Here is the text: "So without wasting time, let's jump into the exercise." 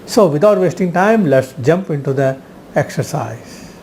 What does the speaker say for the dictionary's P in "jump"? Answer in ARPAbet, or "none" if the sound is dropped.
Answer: P